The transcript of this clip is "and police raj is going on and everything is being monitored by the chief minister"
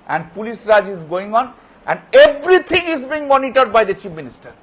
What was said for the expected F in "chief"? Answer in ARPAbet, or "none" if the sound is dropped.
P